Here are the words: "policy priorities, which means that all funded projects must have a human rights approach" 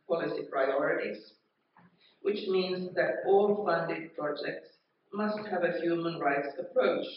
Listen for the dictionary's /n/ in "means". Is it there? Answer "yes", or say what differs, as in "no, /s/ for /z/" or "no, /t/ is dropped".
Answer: yes